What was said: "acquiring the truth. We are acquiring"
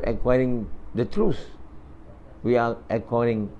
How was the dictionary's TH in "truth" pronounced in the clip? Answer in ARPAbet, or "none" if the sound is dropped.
S